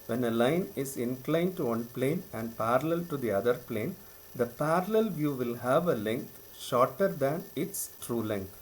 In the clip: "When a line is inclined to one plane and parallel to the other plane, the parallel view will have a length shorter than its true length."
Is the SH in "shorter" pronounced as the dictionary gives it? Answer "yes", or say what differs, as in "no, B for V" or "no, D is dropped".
yes